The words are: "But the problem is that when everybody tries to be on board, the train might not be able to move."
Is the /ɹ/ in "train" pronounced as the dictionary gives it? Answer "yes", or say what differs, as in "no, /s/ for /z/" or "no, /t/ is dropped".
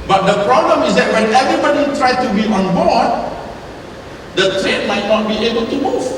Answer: yes